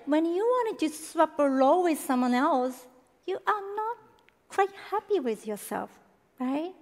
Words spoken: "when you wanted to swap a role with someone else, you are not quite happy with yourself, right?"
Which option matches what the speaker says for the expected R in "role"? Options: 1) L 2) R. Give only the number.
1